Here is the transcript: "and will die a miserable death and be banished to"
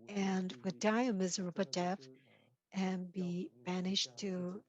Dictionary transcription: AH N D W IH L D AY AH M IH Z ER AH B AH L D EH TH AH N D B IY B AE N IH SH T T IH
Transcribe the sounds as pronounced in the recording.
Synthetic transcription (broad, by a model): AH N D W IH D AY AH M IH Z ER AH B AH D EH F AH N B IY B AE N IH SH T T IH